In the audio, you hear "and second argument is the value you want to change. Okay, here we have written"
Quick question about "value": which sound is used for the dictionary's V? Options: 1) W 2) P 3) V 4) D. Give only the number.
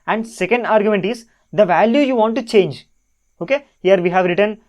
3